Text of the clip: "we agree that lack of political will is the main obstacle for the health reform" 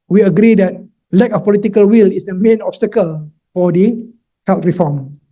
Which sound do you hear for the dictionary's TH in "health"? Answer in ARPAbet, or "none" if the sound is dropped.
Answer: T